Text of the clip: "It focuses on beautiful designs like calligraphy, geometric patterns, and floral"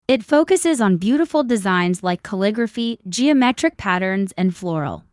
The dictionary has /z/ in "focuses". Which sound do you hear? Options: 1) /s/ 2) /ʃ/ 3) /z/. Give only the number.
3